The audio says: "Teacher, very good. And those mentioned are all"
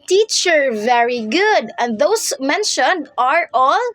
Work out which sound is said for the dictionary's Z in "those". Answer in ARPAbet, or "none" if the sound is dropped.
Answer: S